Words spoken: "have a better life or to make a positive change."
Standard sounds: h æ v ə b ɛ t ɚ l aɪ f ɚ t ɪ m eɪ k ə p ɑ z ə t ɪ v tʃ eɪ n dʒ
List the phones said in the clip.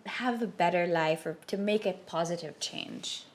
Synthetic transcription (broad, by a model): h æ v ə b ɛ t ɚ l aɪ f ɚ t ɪ m eɪ k ə p ɑ z ə t ɪ v tʃ eɪ n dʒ